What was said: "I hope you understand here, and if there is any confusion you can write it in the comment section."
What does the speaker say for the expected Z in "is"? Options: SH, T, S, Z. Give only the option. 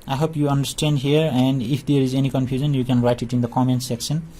Z